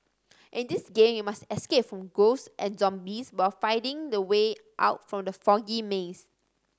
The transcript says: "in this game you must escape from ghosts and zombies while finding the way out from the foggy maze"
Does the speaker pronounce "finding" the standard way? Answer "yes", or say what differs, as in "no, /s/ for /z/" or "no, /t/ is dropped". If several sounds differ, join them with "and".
no, /n/ is dropped